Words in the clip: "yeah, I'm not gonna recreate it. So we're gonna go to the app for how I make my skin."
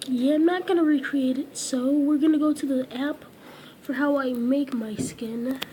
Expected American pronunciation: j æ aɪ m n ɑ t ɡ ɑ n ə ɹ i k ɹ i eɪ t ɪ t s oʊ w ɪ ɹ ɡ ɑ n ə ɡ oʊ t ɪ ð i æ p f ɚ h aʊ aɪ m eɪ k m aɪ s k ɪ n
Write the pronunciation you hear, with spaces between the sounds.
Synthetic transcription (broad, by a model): j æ aɪ m n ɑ t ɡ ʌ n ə ɹ i k ɹ i eɪ t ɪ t s oʊ w ɪ ɹ ɡ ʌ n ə ɡ oʊ t ɪ ð i æ p f ɚ h aʊ aɪ m eɪ k m aɪ s k ɪ n